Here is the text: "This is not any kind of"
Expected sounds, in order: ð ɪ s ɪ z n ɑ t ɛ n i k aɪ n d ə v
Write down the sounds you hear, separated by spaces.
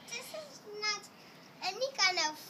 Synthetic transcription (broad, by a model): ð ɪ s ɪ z n ɑ t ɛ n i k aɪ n ə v